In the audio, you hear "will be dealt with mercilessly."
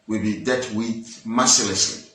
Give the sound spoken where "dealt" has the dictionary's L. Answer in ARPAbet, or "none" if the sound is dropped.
none